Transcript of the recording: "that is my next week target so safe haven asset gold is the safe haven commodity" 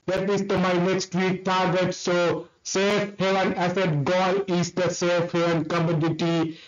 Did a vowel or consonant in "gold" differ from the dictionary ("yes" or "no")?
yes